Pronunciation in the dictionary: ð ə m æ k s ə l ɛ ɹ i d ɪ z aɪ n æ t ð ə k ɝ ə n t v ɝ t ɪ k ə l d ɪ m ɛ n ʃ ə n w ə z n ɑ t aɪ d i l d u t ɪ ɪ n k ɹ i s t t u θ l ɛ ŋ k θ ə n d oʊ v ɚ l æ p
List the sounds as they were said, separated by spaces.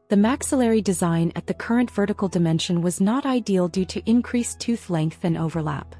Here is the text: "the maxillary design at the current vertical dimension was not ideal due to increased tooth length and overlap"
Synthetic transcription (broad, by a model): ð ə m æ k s ə l ɛ ɹ i d ɪ z aɪ n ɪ t ð ə k ɝ ə n t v ɝ t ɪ k l d ɪ m ɛ n ʃ ə n w ə z n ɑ t aɪ d i l d u t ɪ ɪ n k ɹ i s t t u θ l ɛ ŋ k θ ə n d oʊ v ɚ l æ p